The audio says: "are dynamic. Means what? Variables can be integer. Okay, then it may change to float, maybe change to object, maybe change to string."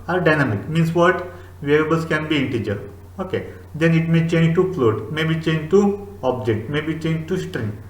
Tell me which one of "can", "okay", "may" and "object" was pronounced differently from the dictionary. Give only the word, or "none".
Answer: none